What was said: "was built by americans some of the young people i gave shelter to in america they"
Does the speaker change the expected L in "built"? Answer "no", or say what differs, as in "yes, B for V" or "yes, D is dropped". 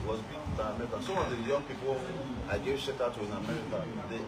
yes, L is dropped